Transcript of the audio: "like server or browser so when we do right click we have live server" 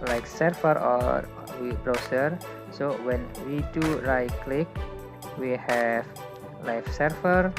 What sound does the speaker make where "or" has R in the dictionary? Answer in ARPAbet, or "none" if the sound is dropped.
W